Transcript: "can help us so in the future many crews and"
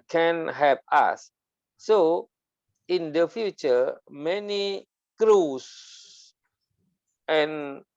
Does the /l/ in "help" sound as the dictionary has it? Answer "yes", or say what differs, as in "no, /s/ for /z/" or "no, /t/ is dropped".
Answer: no, /l/ is dropped